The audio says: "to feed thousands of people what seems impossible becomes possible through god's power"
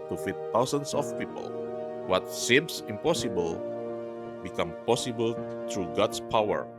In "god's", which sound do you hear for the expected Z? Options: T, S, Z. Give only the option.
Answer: S